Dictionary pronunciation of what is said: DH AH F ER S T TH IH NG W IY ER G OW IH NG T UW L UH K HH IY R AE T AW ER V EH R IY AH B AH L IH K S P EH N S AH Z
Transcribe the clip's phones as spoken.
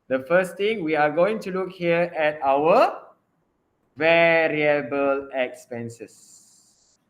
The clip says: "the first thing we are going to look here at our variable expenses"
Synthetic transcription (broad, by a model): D AH F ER S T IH NG W IY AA G OW IH NG T UW L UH K HH IY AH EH T AW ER V EH R IY AH B AH L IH K S P EH N S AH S